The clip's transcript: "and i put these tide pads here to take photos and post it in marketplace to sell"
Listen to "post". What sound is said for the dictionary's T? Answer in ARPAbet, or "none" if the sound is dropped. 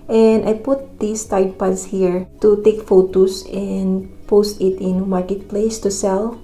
T